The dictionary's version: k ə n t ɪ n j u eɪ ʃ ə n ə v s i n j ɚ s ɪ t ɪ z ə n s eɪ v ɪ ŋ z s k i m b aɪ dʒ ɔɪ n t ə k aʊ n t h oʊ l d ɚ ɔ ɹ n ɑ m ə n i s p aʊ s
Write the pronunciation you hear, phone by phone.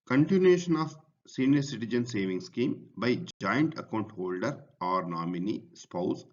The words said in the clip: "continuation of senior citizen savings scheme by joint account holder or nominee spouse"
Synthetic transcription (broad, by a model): k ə n t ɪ n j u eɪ ʃ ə n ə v s i n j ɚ s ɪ t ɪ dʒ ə n s eɪ v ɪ ŋ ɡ s k i m b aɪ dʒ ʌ n t ə k aʊ n t h oʊ l d ɚ ɔ ɹ n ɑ m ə n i s p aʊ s